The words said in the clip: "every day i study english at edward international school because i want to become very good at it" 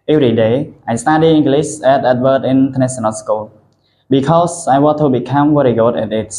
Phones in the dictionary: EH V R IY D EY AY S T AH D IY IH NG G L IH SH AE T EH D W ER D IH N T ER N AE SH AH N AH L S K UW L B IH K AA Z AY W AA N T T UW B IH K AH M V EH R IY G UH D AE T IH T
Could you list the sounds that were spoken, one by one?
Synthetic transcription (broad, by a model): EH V R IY D EY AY S T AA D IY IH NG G L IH S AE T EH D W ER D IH N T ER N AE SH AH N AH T S K UW L B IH K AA S AY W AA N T T UW B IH K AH M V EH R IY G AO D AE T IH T